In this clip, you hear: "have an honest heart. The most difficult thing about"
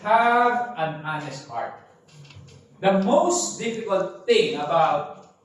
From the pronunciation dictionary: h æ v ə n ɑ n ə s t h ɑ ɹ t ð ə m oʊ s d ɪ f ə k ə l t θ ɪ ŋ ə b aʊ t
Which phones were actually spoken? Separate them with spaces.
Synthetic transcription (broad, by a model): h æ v ə n ɑ n ə s t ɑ ɹ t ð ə m oʊ s d ɪ f ə k ə l t θ ɪ ŋ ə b aʊ t